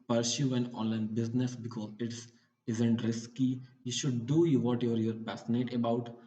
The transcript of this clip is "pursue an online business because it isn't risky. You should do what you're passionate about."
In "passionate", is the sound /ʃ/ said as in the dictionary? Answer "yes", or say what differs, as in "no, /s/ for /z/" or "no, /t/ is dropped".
no, /s/ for /ʃ/